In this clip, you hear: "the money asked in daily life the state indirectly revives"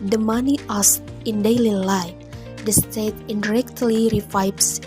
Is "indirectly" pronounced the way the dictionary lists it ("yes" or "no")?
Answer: yes